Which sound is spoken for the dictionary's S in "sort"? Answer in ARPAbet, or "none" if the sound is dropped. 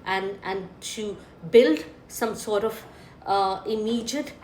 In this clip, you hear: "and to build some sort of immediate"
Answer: S